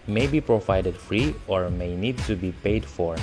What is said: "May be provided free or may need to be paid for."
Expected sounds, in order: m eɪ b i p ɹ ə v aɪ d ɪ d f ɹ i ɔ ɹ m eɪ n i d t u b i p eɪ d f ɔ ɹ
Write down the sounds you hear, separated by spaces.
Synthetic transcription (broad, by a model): m eɪ b i p ɹ ə v aɪ d ɪ d f ɹ i ɔ ɹ m eɪ n i d t u b i p eɪ d f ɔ ɹ